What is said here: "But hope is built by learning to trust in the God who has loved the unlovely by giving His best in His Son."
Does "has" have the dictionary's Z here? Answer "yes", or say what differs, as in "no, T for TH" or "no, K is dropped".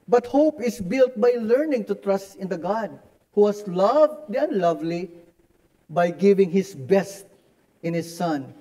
no, S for Z